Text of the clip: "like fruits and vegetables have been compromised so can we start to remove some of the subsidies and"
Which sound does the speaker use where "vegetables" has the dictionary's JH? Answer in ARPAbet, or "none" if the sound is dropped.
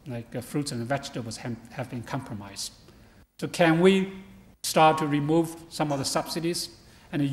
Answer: CH